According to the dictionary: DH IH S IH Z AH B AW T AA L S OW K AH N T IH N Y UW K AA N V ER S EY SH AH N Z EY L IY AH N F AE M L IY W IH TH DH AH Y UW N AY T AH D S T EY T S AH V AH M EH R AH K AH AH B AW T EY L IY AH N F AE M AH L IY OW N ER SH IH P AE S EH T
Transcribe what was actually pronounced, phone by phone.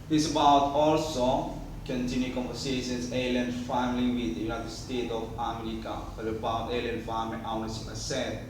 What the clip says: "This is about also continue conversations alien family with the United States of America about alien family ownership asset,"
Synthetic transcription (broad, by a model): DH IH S AH B AW T AA L S OW K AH N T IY N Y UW K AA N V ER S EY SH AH N S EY L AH N F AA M L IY W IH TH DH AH Y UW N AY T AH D S T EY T AH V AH M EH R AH K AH AH B AW T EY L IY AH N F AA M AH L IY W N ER S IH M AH S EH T